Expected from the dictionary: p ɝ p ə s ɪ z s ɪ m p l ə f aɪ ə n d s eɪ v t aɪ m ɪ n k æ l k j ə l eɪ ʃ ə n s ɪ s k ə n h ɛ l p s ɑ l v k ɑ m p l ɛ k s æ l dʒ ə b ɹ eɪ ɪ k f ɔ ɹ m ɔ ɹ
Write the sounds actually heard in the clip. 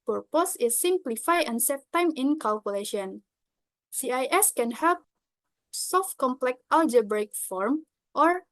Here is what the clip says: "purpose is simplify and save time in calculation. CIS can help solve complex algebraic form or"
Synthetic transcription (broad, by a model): p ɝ p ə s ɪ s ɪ m p l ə f aɪ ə n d s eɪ t aɪ m ɪ n k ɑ l k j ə l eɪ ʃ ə n s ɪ s k ə n h ɛ l p s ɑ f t k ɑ m p l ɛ k ɑ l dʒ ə b ɹ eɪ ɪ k f ɔ ɹ m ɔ ɹ